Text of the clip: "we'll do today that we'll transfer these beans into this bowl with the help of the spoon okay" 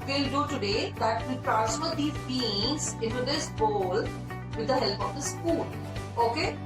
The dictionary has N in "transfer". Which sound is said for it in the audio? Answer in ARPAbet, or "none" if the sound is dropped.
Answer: none